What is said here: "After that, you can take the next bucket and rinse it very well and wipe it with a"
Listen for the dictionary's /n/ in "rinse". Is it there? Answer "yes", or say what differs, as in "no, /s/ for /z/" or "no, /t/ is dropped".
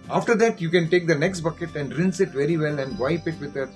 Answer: yes